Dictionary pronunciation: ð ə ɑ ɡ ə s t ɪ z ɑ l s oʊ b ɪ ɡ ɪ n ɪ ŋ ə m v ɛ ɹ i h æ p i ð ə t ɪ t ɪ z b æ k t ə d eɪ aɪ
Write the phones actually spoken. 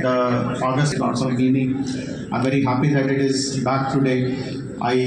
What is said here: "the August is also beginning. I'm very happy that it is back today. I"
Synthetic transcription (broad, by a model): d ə ɑ ɡ ə s t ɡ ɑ n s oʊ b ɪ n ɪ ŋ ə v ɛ ɹ i h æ p i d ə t ɪ t ɪ z b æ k t ə d eɪ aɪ